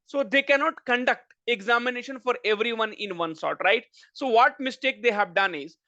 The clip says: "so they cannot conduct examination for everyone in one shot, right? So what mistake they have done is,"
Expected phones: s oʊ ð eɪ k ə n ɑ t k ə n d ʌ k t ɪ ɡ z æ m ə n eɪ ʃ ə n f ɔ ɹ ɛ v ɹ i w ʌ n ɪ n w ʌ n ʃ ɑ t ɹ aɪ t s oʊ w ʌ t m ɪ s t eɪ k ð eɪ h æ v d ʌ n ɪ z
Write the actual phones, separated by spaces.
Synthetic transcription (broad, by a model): s oʊ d eɪ k ə n ɑ t k ə n d ʌ k t ɪ ɡ z æ m ə n eɪ ʃ ə n f ɔ ɹ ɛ v ɹ i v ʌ n ɪ n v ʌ n s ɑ t ɹ aɪ t s oʊ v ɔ t m ɪ s t eɪ k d eɪ h æ v d ʌ n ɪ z